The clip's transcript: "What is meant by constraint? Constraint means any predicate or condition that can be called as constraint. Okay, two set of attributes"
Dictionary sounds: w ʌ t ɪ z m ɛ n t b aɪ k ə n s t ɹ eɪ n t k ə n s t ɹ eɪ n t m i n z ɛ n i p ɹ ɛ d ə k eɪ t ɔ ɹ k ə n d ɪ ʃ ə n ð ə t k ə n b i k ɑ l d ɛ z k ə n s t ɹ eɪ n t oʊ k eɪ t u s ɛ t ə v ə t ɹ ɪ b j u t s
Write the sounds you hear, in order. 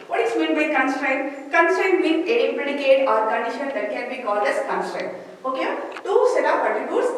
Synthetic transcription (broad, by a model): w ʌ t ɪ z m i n b aɪ k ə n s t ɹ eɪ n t k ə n s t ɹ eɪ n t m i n ɛ i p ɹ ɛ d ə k eɪ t ɔ ɹ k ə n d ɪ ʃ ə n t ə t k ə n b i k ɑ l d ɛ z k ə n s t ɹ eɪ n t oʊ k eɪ t u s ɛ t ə p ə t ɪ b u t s